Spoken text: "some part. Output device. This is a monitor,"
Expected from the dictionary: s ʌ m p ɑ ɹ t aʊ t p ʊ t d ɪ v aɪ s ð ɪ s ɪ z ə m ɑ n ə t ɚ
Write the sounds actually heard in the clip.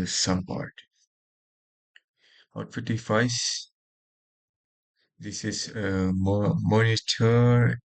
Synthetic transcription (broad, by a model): s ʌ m p ɑ ɹ t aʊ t f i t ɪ f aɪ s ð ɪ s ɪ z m m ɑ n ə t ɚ